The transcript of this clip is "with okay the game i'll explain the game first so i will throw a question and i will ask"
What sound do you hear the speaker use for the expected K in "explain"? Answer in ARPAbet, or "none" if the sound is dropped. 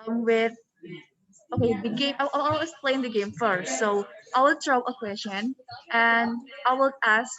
none